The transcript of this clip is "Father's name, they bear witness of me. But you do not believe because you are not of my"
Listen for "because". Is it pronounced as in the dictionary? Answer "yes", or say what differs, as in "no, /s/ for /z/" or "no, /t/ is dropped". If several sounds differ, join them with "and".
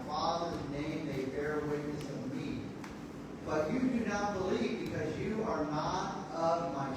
yes